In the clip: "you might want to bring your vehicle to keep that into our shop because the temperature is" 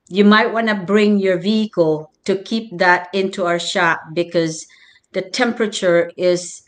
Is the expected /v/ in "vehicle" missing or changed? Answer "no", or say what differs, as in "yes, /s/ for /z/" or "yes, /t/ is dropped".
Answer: no